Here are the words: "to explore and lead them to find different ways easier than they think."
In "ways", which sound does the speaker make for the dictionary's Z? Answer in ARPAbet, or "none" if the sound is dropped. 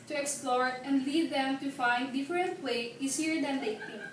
none